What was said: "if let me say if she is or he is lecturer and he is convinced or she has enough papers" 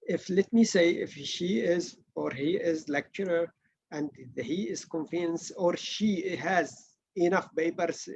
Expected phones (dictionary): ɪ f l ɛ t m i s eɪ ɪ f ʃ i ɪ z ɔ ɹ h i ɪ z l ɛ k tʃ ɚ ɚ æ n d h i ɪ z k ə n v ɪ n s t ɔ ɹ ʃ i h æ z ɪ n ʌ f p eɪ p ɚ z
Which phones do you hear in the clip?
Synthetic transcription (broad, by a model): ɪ f l ɛ t m i s eɪ ɪ f ʃ i ɪ z ɔ ɹ h i ɪ z l ɛ k tʃ ɚ ɚ æ n d h i ɪ z k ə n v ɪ n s ɔ ɹ ʃ i h æ z ɪ n ʌ f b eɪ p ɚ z